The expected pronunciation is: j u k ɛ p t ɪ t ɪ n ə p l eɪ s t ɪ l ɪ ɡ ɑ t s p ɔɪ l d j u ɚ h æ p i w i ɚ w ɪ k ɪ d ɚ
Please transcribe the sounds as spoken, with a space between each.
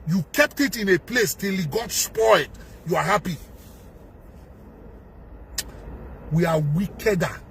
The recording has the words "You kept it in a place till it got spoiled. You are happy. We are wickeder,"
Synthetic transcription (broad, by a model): j u k ɛ p t ɪ t ɪ n ə p l eɪ s t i l ɪ ɡ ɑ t s p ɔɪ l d j u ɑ h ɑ p i w i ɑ w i k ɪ d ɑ